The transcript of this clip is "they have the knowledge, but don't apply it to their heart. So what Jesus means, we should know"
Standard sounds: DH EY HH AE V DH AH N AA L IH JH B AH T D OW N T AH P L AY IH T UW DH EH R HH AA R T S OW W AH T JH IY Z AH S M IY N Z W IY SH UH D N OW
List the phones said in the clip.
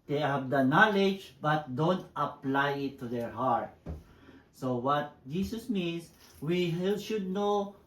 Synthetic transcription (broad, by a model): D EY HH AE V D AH N AA L IH JH B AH T D OW N T AH P L AY IH T UW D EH R HH AA R T S OW W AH T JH IY S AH S M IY N S W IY SH UH D N OW